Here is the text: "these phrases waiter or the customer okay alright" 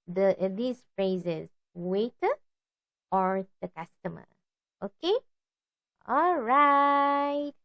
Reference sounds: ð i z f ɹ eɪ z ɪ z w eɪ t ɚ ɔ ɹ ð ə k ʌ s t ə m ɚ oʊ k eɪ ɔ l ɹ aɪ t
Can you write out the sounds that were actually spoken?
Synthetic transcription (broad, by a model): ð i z f ɹ eɪ z ɪ z w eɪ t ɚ ɔ ɹ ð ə k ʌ s t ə m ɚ oʊ k eɪ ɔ l ɹ aɪ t